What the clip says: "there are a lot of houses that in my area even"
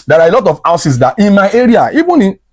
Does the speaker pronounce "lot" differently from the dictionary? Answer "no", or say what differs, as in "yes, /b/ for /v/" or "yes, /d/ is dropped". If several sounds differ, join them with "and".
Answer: no